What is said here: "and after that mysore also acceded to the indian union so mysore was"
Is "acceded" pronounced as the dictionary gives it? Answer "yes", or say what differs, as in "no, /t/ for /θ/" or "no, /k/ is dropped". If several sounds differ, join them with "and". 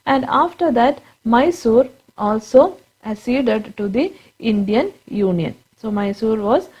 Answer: no, /k/ is dropped